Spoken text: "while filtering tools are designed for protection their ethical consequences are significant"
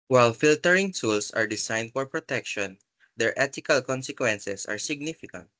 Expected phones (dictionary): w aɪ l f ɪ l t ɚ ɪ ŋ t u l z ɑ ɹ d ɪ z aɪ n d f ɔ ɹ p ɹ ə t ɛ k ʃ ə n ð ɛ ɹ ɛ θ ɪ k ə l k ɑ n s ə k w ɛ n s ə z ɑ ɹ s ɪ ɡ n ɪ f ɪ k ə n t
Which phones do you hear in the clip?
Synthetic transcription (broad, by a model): w aɪ l f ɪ l t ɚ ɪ ŋ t u l s ɑ ɹ d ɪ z aɪ n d f ɔ ɹ p ɹ ə t ɛ k ʃ ə n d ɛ ɹ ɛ t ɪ k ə l k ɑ n s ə k w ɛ n s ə s ɑ ɹ s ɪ ɡ n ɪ f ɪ k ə n t